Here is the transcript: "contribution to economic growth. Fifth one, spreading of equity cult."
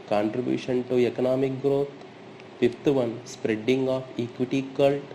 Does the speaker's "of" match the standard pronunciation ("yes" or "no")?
no